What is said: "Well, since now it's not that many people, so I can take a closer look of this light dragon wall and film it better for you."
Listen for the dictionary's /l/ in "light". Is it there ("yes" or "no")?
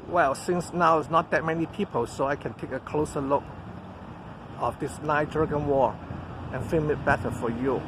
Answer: no